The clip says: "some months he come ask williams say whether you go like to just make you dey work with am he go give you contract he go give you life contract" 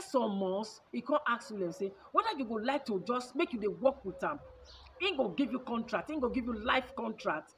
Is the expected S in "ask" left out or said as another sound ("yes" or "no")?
yes